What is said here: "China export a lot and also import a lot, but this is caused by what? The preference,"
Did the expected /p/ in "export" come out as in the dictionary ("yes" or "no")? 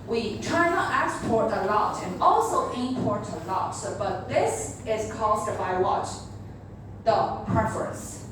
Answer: yes